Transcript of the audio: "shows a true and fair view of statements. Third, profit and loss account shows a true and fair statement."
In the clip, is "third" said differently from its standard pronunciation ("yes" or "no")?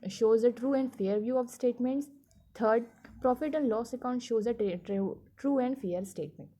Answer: yes